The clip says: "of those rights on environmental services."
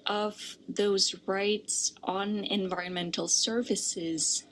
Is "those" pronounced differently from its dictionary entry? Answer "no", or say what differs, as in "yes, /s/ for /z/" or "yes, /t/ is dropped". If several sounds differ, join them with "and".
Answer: no